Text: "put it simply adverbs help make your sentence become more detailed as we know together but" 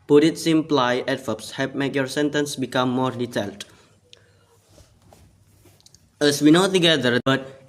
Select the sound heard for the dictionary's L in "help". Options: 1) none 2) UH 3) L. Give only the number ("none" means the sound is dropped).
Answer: 1